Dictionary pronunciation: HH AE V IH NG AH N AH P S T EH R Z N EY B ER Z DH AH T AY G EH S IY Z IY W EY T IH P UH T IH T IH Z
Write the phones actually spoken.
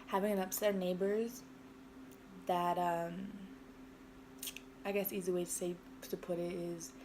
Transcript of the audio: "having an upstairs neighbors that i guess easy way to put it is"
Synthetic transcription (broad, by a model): HH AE V IH NG AH N AH P S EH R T N EY B ER Z DH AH T AY G EH S IY Z IY W EY T IH P UH T IH T IH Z